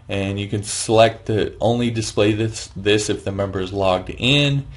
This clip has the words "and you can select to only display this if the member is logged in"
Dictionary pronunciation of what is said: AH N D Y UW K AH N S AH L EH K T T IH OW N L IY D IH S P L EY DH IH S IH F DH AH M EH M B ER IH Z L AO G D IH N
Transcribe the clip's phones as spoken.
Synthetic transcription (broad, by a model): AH N Y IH K AH N S AH L EH K T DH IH OW N L IY D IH S P L EY DH IH S IH F DH AH M EH M B ER Z L AO G D IH N